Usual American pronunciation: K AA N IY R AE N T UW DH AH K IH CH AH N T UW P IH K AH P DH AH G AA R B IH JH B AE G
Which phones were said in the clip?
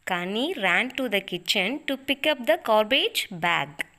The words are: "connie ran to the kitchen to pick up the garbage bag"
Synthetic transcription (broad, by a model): K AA N IY R AE N T UW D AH K IH CH AH N T UW P IH K AH P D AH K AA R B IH JH B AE G